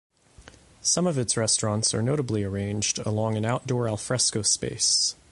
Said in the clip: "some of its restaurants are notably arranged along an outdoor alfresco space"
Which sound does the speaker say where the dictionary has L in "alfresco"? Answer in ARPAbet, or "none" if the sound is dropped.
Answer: L